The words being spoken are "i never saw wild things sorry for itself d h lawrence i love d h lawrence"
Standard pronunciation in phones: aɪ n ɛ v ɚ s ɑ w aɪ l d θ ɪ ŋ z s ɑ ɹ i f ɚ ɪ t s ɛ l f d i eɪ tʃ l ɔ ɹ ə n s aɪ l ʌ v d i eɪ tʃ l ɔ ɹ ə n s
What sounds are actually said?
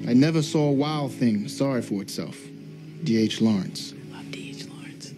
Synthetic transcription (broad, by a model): aɪ n ɛ v ɚ s ɑ w aɪ l d θ ɪ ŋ s ɑ ɹ i f ɚ ɪ t s ɛ l f d i eɪ tʃ l ɔ ɹ ə n s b d i eɪ tʃ l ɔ ɹ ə n s